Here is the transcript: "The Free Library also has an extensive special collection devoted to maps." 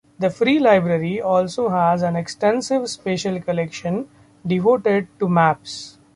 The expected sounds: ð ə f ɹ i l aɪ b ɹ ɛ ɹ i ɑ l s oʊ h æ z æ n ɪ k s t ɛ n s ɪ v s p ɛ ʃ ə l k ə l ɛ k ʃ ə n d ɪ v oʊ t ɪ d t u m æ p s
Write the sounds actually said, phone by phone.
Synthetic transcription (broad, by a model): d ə f ɹ i l aɪ b ɹ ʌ ɹ i ɑ l s oʊ h æ z æ n ɪ k s t ɛ n s ɪ v s p ɛ ʃ ə l k ə l ɛ k ʃ ə n d ɪ v oʊ t ɪ d t u m æ p s